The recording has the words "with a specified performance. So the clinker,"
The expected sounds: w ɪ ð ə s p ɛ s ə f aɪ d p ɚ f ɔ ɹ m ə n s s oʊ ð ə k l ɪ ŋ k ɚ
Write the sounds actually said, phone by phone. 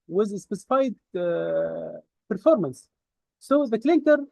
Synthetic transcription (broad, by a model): w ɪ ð ə s p ɛ s ə f aɪ d p ɚ f ɔ ɹ m ə n s s oʊ ð ə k l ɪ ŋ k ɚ